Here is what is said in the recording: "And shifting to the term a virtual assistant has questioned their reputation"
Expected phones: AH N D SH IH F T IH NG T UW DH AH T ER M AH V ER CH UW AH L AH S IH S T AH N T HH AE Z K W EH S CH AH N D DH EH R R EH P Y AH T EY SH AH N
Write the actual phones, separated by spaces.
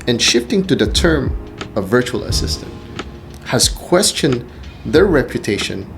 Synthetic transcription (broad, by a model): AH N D SH IH F T IH NG T UW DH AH T ER M AH V ER CH UW AH L AH S IH S T AH N T HH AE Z K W EH S CH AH N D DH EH R R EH P Y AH T EY SH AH N